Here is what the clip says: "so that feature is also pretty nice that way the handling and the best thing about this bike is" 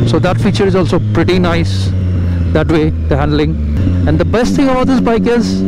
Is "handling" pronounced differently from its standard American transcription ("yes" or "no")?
no